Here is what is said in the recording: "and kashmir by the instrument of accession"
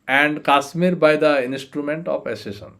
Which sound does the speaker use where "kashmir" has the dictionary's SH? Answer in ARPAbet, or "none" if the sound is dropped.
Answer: S